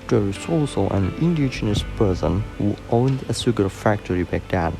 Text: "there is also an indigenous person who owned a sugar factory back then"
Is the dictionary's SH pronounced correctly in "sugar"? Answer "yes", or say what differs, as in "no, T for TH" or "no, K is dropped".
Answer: no, S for SH